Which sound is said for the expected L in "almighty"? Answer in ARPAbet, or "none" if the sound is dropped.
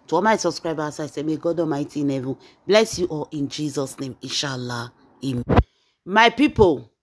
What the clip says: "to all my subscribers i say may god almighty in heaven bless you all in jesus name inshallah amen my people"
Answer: none